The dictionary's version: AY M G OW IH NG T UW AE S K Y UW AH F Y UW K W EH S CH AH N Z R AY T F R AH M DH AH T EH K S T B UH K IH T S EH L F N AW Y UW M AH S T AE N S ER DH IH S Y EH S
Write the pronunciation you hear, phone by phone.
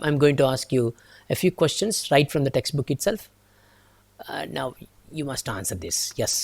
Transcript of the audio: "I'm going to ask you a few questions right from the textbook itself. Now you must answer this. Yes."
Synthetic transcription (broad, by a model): AY M G OW IH NG T UW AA S K Y UW AH F Y UW K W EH S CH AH N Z R AY T F R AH M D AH T EH K S T B UH K IH T S EH L F N AW Y UW M AH S T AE N S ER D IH S Y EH S